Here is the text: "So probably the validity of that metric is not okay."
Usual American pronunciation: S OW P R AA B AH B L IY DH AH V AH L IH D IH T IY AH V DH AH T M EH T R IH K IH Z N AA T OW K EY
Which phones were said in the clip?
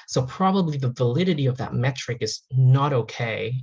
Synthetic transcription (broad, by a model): S OW P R AA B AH B L IY DH AH V AH L IH D IH T IY AH V DH AH T M EH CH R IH K IH Z N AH T OW K EY